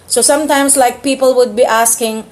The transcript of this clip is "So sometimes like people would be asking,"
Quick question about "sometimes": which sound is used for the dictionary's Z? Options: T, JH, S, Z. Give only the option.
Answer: S